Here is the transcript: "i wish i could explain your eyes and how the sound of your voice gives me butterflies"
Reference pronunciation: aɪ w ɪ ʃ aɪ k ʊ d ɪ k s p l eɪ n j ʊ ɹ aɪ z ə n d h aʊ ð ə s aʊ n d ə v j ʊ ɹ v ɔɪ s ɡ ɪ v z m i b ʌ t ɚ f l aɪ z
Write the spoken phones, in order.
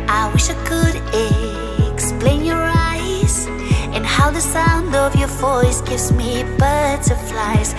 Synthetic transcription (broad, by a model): aɪ w ɪ ʃ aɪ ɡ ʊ d ɪ k s p l eɪ n j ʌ ɹ aɪ z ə n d h aʊ ð ə s aʊ n d ə v j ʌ ɹ v ɔɪ s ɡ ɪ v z m i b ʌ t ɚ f l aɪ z